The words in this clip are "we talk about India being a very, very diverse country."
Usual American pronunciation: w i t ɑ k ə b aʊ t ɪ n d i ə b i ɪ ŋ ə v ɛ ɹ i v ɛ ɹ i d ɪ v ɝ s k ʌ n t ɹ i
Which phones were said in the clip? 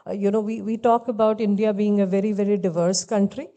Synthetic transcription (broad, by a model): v i t ɑ k ə b aʊ t ɪ n d i ə b i ɪ ŋ ə v ɛ ɹ i v ɛ ɹ i d ɪ v ɝ s k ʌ n t ɹ i